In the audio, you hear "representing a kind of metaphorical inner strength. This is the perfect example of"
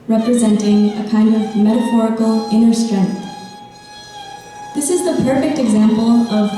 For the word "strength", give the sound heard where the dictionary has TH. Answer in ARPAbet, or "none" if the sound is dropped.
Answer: TH